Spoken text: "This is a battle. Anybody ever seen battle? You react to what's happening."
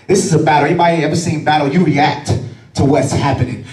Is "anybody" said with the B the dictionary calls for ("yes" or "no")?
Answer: no